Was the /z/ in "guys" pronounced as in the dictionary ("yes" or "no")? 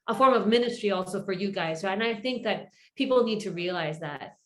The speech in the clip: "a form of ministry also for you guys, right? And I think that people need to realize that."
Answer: yes